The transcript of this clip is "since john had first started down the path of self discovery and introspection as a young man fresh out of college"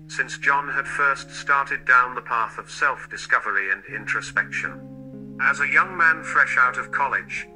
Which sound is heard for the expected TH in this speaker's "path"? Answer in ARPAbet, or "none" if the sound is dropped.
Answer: TH